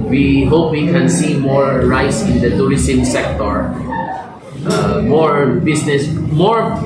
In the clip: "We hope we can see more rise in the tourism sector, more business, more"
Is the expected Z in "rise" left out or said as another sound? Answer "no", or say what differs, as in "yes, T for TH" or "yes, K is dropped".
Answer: yes, S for Z